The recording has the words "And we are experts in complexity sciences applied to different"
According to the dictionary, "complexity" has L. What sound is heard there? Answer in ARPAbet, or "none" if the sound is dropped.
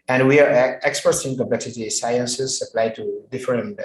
none